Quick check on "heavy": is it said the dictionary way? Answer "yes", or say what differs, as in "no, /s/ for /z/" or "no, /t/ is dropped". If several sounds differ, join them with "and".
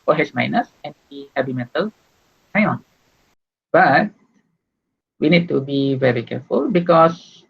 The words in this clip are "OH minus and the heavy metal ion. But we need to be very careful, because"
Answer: no, /b/ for /v/